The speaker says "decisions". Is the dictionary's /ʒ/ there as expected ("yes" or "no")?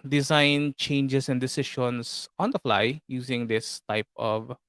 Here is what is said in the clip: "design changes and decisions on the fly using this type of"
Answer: no